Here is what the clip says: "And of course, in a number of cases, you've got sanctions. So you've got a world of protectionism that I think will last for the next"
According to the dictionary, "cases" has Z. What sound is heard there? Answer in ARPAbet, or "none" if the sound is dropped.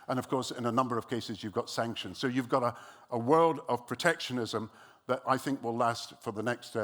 Z